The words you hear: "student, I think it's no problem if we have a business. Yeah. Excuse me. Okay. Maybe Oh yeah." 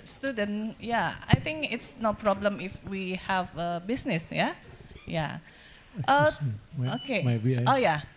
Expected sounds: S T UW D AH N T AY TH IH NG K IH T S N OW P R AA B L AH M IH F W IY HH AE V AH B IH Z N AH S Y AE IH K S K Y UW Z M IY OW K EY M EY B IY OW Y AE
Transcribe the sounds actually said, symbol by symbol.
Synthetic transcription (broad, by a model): S T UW D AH N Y AY T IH NG K IH T S N OW P R AA B L AH M IH F W IY HH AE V AH B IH S N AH S Y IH Y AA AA OW K EY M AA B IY OW Y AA